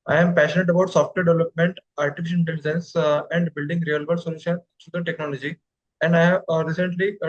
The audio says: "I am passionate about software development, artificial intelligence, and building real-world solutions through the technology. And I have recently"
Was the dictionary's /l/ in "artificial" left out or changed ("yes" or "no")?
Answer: yes